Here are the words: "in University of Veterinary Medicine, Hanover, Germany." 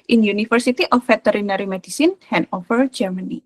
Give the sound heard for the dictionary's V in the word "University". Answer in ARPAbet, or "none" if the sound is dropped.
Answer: F